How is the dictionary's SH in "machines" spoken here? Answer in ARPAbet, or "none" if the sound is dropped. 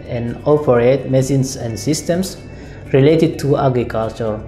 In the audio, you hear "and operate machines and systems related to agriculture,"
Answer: S